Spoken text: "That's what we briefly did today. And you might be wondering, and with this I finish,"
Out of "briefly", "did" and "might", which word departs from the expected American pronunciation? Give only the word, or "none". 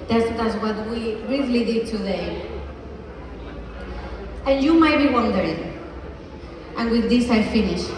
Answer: briefly